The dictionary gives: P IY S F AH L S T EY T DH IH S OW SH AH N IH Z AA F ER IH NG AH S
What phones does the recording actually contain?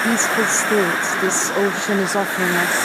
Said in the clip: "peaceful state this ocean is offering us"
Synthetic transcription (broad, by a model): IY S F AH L S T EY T DH IH S OW SH AH N IH Z AA F ER IH NG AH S